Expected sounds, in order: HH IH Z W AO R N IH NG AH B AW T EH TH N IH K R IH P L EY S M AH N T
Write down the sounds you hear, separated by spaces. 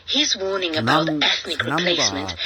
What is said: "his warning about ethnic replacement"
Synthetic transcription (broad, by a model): HH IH Z W AO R N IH NG AH B AW T EH TH N IH K R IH P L EY S M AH N T